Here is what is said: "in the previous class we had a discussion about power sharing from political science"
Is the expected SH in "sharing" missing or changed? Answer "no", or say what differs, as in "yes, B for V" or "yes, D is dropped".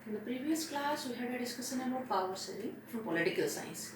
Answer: yes, S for SH